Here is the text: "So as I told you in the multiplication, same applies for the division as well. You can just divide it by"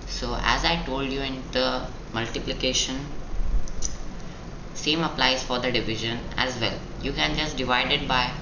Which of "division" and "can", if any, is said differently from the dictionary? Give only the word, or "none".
none